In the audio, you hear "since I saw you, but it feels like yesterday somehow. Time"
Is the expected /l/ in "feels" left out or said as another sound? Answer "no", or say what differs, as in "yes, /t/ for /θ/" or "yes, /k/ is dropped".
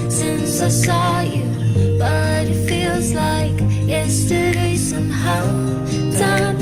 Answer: no